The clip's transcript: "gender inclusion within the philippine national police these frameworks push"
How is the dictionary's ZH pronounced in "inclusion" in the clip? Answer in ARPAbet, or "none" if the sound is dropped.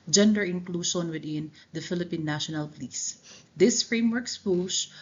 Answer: SH